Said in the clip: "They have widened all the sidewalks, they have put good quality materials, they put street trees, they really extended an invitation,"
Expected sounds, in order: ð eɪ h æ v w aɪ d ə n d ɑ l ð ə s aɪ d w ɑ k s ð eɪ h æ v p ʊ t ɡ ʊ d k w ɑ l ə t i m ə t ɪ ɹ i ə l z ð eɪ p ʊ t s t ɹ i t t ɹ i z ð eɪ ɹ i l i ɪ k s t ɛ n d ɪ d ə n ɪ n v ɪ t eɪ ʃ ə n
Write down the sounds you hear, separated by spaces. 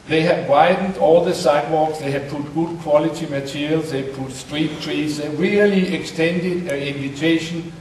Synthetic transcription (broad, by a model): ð eɪ h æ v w aɪ d n d ɑ l ð ə s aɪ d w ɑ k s ð eɪ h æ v p ʊ t ɡ ʊ d k w ɑ l ə t i m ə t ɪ ɹ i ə l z ð eɪ p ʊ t s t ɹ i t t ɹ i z ð eɪ ɹ i l i ɪ k s t ɛ n d ɪ d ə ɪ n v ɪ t eɪ ʃ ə n